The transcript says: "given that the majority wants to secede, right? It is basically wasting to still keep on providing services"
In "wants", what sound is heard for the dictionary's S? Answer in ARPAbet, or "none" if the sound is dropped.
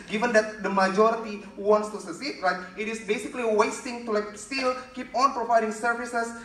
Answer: S